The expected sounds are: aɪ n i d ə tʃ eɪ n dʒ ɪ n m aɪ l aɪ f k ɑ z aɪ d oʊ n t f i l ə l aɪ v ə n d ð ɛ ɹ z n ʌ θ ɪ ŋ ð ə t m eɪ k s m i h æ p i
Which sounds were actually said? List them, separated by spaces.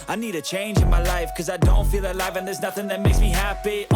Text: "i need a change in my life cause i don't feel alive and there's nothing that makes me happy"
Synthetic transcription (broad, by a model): aɪ n i d ə tʃ eɪ n dʒ ɪ n m aɪ l aɪ f k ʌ z aɪ d oʊ n t f i l ə l aɪ v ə n ð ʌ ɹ z n ʌ θ ɪ ŋ ð ə t m eɪ k s m i h æ p i